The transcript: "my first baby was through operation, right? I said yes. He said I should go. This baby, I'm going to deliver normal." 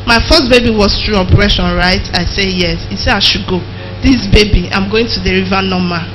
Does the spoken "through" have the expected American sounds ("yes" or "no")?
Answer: no